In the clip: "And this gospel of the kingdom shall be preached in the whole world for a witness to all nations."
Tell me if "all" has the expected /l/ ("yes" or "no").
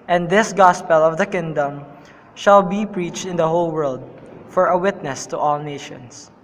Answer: yes